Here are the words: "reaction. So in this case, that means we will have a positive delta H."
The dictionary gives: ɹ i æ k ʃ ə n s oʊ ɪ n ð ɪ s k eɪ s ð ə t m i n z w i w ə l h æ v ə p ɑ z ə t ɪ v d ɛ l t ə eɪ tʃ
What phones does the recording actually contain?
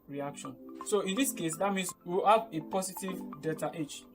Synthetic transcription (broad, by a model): ɹ i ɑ k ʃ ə n s oʊ ɪ n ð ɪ s k eɪ s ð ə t m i n s w i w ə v ə p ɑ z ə t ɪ v d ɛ t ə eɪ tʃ